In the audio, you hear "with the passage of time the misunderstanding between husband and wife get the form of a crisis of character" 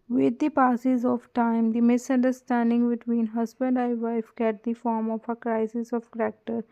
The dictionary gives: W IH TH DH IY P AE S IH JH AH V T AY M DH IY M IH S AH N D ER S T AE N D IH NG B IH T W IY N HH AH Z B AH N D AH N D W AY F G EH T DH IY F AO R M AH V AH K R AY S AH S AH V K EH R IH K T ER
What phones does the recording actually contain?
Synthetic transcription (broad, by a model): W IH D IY P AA S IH Z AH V T AY M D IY M IH S AH N D ER S T AE N D IH NG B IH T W IY N HH AH Z B AH N D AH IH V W AY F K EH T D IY F AO R M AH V AH K R AY S AH S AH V K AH R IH K T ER